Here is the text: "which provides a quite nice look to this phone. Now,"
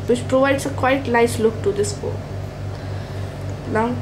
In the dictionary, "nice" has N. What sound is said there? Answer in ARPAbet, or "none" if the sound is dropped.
L